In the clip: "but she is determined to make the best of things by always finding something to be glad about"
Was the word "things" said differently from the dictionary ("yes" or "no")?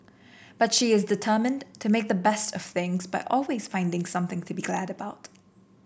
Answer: no